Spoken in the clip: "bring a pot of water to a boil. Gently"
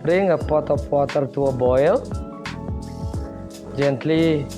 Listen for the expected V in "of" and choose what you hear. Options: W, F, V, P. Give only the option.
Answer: P